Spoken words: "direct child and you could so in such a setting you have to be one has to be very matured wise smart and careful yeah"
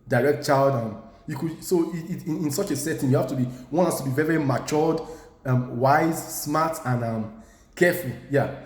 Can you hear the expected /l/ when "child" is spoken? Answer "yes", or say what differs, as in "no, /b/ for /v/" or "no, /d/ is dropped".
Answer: yes